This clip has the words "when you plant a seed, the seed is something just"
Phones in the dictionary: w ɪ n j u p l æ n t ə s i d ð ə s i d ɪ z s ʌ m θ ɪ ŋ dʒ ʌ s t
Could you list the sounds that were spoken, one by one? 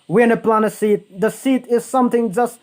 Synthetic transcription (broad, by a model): w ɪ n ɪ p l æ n ə s i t ð ə s i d ɪ z s ʌ m θ ɪ ŋ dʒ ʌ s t